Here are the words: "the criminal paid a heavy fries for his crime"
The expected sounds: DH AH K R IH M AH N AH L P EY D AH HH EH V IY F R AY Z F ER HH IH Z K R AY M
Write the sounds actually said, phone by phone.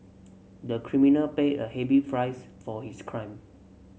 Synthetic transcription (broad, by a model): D AH K R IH M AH N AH L P EY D AH HH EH B IY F R AY S F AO HH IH S K R AY M